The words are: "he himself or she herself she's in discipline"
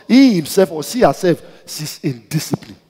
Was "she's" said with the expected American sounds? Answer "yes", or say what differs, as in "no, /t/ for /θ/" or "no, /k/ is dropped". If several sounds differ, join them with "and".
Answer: no, /s/ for /ʃ/